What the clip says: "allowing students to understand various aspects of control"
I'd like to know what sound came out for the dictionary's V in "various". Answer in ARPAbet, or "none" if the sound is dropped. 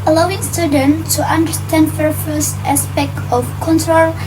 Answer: F